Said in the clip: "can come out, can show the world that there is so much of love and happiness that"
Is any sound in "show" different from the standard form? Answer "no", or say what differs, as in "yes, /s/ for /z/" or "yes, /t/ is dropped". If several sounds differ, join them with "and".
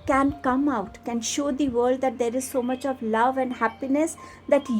no